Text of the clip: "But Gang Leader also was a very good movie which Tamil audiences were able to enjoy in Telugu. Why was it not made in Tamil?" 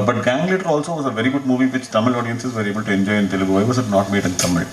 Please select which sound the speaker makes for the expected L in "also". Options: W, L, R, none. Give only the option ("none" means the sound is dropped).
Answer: L